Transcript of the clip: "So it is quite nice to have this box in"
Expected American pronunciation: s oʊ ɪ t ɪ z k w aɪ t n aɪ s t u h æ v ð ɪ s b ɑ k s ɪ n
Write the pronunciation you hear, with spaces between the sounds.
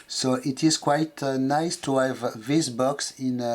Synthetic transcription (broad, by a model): s oʊ ɪ t ɪ z k w aɪ t n aɪ s t u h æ v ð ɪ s b ɑ k s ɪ n